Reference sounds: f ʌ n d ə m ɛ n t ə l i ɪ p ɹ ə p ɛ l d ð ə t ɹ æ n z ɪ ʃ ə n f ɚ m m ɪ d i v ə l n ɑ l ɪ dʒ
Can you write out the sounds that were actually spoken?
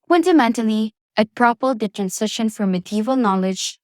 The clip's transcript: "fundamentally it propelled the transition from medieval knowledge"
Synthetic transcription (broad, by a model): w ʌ n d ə m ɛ n t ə l i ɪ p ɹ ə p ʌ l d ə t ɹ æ n s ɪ ʃ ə n f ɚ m m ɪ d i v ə l n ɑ l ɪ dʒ